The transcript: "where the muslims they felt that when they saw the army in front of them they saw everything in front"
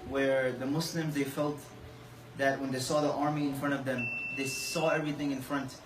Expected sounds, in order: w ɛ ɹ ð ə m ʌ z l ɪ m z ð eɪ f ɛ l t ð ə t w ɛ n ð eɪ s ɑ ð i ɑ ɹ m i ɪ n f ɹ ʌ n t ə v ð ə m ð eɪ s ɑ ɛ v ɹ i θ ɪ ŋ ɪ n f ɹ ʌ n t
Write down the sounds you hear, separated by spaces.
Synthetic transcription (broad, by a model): w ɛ ɹ ð ə m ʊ s l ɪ m z ð eɪ f ɛ l t ð ə t w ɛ n ð eɪ s ɑ ð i ɑ ɹ m i ɪ n f ɹ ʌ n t ə v ð ə m ð eɪ s ɑ ɛ v ɹ i θ ɪ ŋ ɪ n f ɹ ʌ n t